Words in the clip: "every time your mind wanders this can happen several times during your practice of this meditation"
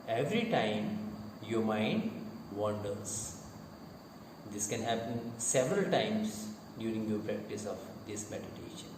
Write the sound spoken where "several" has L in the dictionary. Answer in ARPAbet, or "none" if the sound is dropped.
L